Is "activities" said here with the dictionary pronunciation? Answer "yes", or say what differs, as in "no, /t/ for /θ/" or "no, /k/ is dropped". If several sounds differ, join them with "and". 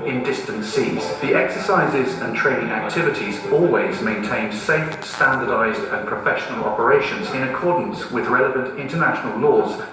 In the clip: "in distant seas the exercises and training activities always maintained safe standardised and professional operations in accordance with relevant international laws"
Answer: yes